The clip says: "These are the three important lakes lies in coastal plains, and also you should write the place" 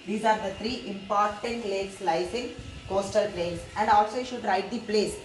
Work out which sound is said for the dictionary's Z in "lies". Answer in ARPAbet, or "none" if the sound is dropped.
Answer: S